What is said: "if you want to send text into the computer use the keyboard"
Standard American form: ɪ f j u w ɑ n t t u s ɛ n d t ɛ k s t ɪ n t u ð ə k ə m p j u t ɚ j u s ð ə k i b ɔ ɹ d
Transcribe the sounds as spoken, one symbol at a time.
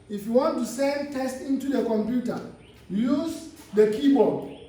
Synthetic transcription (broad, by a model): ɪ f j u w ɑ n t t u s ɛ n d t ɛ s t ɪ n t u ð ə k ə m p j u t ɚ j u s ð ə k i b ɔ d